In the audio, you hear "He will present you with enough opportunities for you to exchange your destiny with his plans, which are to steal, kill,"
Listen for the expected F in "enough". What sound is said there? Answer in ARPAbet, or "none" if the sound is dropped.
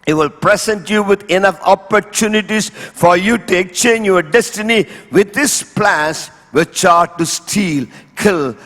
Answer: F